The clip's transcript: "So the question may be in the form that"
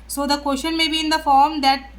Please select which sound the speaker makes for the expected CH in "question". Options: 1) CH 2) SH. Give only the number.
2